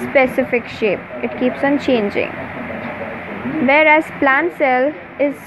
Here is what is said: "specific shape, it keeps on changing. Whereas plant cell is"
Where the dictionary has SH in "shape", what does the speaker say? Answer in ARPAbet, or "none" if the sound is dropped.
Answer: SH